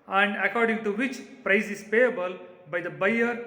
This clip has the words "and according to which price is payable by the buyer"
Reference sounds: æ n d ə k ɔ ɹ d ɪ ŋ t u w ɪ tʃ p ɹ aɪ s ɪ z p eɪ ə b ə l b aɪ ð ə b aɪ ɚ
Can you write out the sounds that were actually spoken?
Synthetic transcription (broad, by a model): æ n d ə k ɔ ɹ d ɪ ŋ t u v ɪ tʃ p ɹ aɪ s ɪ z p eɪ ə b ə l b aɪ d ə b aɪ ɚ